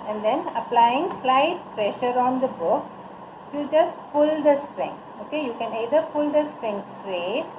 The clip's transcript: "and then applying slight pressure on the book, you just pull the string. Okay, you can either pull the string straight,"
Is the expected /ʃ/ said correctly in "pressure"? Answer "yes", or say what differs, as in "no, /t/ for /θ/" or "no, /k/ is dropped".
yes